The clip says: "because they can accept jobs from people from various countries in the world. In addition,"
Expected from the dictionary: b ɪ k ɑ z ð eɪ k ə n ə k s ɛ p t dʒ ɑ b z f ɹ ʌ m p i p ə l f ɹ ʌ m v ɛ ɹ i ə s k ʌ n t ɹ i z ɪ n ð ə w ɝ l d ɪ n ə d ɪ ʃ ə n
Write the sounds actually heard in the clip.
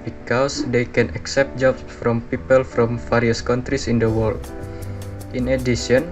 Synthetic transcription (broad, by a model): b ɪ k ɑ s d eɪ k ə n ə k s ɛ p t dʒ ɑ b s f ɹ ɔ m p i p ə l f ɹ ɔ m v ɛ ɹ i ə s k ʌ n t ɹ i s ɪ n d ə w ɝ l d ɪ n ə d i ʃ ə n